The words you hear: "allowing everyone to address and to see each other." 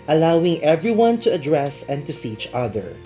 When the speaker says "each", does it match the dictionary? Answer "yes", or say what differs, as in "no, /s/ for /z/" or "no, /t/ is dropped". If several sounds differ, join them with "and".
yes